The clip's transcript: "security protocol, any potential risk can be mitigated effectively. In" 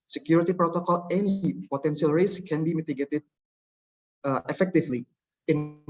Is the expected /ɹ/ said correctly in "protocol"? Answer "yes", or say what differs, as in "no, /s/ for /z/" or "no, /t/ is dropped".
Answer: yes